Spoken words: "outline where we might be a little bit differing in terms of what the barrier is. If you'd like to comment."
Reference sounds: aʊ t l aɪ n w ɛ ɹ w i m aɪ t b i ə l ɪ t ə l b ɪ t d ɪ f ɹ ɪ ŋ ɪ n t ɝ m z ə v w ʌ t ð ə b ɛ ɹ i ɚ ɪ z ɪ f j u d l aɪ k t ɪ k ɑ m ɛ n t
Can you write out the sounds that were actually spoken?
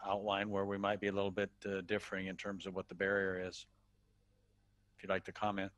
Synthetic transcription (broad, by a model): aʊ t l aɪ n w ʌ ɹ w i m aɪ t b i ə l ɪ t l b ɪ t d ɪ f ɹ ɪ ŋ ɪ n t ɝ m z ə v w ʌ t ð ə b ɛ ɹ i ɚ ɪ z ɪ f j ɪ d l aɪ k t ɪ k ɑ m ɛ n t